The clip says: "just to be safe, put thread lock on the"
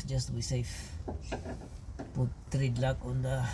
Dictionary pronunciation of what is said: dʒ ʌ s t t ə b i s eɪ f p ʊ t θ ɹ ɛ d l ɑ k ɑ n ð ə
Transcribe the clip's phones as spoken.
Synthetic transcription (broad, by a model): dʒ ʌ s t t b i s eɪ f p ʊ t t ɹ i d l ɑ k ɑ n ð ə